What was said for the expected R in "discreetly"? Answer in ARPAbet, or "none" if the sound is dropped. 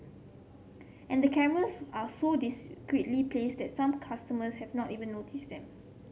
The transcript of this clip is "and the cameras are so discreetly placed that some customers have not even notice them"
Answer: W